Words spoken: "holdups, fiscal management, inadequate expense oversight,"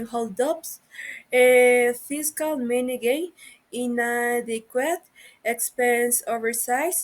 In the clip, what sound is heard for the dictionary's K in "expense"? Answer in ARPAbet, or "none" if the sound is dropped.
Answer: K